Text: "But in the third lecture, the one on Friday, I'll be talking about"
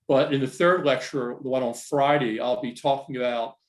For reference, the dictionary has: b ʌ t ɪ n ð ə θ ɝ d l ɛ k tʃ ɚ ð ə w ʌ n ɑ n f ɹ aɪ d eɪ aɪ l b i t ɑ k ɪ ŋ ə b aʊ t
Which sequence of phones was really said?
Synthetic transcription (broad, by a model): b ʌ t ɪ n ð ə θ ɝ d l ɛ k tʃ ɚ ð ə w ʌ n n f ɹ aɪ d eɪ aɪ l b i t ɑ k ɪ ŋ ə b aʊ t